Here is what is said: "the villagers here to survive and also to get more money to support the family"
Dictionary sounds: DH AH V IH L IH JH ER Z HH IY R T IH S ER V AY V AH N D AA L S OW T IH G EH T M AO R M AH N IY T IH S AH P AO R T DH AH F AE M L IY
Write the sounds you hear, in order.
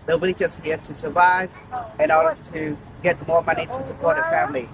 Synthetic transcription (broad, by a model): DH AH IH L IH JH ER S HH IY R T IH S ER V AY V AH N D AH S T IH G EH T M AO R M AH N IY T IH S AH P AO R T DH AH F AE M L IY